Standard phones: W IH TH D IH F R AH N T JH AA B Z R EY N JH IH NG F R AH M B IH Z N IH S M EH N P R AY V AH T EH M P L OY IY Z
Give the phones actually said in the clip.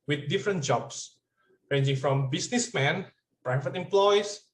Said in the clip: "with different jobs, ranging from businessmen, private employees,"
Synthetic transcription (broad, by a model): W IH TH D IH F R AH N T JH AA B S R EY N JH IH NG F R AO M B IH S N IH S M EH N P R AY F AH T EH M P L OY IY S